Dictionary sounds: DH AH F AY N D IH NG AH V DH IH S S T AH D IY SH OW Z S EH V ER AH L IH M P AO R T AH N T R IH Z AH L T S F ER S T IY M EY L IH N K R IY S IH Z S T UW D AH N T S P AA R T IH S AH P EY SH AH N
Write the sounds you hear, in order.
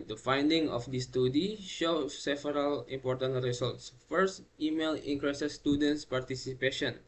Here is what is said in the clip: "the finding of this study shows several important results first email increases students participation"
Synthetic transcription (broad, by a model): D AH F AY N D IH NG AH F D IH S S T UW D IY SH OW S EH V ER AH L IH M P AO R T AH N T R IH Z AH L T S F ER S T IY M EY L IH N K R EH S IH S T UW D AH N T S P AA R T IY S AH P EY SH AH N